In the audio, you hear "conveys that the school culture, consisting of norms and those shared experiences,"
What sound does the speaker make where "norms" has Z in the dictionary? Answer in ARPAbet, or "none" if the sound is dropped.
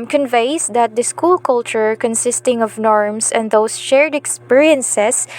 S